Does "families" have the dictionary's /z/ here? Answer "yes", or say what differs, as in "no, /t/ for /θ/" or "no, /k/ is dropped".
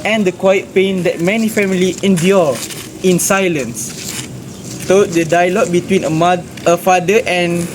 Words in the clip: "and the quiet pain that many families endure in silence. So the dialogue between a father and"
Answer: no, /z/ is dropped